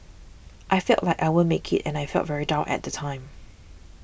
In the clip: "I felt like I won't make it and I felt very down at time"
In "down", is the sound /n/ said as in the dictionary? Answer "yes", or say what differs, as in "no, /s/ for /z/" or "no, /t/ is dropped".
no, /n/ is dropped